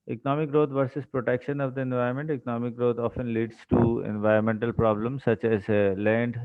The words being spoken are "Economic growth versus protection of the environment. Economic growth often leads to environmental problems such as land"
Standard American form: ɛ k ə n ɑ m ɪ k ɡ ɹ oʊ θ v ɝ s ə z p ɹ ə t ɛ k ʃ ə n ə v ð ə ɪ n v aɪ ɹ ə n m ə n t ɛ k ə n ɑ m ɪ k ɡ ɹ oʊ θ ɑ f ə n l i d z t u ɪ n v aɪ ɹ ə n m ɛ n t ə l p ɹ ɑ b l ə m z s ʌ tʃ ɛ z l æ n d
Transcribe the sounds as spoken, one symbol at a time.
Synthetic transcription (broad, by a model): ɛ k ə n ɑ m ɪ k ɡ ɹ oʊ t v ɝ s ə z p ɹ ə t ɛ k ʃ ə n ə v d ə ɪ n v aɪ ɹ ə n m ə n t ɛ k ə n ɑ m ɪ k ɡ ɹ oʊ t ɑ f ə n l i d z t u ɪ n v aɪ ɹ ə n m ɛ n t ə l p ɹ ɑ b l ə m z s ʌ tʃ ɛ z l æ n d